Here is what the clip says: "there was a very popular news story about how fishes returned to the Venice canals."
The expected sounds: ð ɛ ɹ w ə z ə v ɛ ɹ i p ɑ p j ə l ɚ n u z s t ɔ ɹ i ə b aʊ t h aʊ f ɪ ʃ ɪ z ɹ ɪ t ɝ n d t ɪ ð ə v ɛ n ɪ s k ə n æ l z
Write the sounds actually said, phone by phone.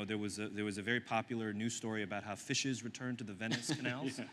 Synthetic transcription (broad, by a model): ð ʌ ɹ w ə z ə v ɛ ɹ i p ɑ p j l ɚ n u s t ɔ ɹ i ə b aʊ t h aʊ f ɪ ʃ ɪ z ɹ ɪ t ɝ n t ɪ ð ə v ɛ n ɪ s k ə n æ l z